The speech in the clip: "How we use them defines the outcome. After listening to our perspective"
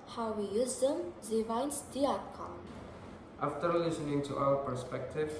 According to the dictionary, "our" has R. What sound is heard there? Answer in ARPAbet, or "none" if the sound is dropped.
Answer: L